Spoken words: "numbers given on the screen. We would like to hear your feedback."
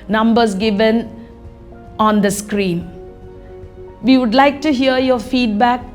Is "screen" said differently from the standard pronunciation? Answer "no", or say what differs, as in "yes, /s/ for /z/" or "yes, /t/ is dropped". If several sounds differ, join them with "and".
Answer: no